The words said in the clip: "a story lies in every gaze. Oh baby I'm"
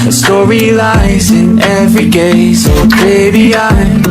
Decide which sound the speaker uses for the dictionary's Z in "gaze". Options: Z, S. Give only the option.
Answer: S